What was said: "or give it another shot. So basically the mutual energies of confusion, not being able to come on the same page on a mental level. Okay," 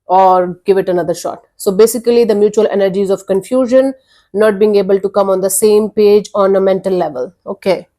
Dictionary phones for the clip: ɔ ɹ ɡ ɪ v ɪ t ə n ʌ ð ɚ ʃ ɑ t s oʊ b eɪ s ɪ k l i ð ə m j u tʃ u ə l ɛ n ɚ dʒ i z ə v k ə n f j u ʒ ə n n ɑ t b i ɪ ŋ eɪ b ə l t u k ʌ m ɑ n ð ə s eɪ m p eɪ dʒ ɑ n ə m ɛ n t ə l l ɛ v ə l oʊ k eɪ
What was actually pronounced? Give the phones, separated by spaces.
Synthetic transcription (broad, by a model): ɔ ɹ ɡ ɪ v ɪ t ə n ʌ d ɚ ʃ ɑ t s oʊ b eɪ s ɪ k l i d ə m j u tʃ u ə l ɛ n ɚ dʒ i z ə v k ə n f j u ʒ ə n n ɑ t b i ɪ ŋ eɪ b ə l t u k ʌ m ɑ n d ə s eɪ m p eɪ dʒ ɑ n ə m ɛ n t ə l l ɛ v ə l oʊ k eɪ